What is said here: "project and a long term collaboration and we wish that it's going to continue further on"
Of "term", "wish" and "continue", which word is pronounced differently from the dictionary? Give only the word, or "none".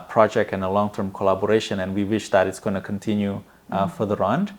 none